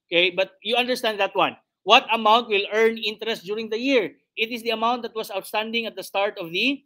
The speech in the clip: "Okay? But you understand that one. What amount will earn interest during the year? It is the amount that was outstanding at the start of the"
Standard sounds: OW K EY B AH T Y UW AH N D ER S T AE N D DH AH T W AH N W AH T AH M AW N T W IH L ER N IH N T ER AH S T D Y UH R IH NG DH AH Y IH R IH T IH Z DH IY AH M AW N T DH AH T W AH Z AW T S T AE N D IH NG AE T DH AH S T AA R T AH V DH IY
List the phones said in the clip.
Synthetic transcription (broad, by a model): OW K EY B AH T Y UW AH N D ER S T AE N D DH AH T W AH N W AH T AH M AW N T W IH L ER N IH N T ER AH S T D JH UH R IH NG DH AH Y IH R IH T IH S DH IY AH M AW N T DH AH T W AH S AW T S T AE N D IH NG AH T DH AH S T AA R T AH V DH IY